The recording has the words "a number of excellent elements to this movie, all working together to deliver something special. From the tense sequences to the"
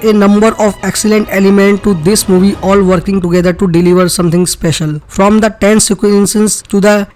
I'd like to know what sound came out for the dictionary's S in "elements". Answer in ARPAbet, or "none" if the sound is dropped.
none